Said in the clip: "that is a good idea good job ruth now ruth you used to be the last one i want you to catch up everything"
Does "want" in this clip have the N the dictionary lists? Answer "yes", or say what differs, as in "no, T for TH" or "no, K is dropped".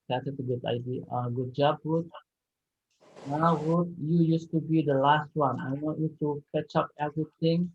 no, N is dropped